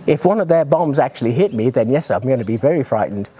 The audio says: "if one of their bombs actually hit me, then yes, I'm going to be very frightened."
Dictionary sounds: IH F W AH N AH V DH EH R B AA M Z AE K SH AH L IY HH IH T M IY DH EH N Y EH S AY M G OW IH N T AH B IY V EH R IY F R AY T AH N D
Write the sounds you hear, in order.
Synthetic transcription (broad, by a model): IH F W AH N AH V DH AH R B AA M Z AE K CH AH L IY HH IH T M IY DH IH N Y EH S AY M G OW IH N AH B IY V EH R IY F R AY T N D